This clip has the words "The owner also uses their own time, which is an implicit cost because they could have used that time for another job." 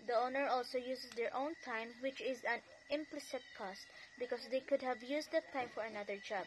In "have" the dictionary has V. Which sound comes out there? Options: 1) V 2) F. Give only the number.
1